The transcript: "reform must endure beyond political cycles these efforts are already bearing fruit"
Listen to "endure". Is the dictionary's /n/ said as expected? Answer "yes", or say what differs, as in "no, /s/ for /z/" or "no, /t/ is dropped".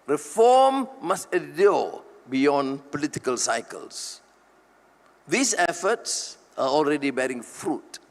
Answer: no, /n/ is dropped